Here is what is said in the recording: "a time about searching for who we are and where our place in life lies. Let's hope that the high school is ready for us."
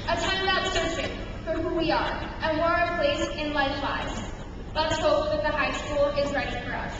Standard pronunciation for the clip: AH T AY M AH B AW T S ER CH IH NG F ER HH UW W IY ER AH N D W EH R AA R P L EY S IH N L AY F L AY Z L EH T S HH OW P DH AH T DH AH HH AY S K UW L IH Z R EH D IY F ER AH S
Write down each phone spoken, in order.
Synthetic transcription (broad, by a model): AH T AY M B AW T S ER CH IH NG F ER HH UW W IY ER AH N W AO R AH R P L EY S IH N L AY F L AY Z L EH T S HH OW P DH AH T DH AH HH AY S K UW L IH Z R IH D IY F ER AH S